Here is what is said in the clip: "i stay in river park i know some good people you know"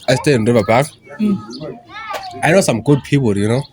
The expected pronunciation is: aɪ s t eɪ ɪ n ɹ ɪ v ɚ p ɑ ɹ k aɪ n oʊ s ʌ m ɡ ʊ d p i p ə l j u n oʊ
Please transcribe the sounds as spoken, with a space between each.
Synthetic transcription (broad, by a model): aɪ s t eɪ ɪ n ɹ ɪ v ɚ b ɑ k aɪ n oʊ s ʌ m ɡ ʊ d p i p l j u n oʊ